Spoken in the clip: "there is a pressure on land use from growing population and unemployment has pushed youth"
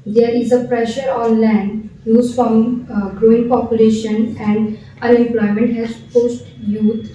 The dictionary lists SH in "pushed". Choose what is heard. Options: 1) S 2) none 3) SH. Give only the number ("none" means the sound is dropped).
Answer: 1